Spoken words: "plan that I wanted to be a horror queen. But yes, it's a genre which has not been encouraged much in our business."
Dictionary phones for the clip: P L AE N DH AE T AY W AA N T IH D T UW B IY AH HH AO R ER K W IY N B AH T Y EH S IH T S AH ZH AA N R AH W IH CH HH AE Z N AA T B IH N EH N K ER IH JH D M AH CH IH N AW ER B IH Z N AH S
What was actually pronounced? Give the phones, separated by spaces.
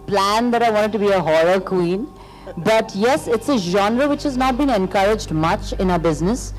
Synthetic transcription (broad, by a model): P L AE N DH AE T AY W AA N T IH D T UW B IY AH HH AO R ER K W IY N B AH T Y EH S IH T S AH ZH AA N R AH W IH CH HH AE Z N AA T B IH N EH N K ER IH JH D M AH CH IH N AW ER B IH Z N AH S